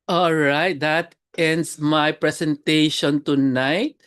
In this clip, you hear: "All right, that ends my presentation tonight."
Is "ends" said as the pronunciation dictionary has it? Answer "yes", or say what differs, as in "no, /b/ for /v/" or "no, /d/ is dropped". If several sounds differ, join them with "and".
no, /s/ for /z/